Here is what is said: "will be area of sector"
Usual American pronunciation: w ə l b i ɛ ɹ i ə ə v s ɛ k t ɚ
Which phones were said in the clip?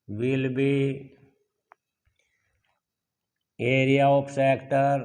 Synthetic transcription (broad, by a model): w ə l b i ɛ ɹ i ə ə p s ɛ k t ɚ